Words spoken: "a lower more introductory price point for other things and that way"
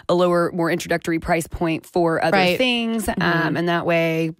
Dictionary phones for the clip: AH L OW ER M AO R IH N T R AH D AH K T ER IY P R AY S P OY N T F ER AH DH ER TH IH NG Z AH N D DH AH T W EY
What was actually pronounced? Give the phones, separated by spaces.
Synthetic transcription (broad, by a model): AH L OW ER M AO R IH N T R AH D AH K T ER IY P R AY S P OY N T F ER AH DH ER TH IH NG Z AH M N DH AH T W EY